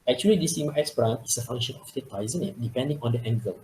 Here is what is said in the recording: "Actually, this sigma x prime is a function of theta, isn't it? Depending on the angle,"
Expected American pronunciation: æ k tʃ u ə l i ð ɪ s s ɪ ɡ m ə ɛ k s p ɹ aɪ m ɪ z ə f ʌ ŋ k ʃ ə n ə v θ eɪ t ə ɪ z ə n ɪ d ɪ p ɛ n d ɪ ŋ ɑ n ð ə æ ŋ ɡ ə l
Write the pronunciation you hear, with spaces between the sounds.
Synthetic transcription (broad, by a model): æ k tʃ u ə l i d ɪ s s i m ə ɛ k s b ɹ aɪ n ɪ s ə f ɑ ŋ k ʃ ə n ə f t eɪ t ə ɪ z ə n ɪ d ɪ p ɛ n d ɪ ŋ ɑ n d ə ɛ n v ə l